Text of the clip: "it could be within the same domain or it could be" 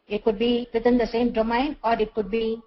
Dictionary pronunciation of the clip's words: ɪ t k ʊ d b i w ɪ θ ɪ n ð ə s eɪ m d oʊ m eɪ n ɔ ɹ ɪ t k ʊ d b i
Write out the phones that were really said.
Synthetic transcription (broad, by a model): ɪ t k ʊ d b i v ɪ t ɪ n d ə s eɪ m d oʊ m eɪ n ɔ ɹ ɪ t k ʊ d b i